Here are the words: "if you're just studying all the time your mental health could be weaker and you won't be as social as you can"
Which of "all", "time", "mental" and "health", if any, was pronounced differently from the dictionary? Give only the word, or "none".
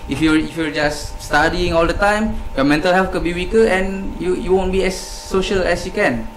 health